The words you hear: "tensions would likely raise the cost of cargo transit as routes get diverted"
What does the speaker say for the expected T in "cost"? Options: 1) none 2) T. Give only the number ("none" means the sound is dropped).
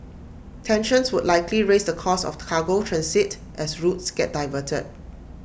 1